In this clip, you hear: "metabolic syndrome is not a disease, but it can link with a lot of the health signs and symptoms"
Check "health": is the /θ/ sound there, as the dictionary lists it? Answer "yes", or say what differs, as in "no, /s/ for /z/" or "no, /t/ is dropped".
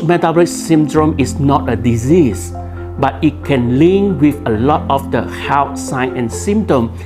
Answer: no, /t/ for /θ/